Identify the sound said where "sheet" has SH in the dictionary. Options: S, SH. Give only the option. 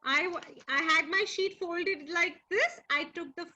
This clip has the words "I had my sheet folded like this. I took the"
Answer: SH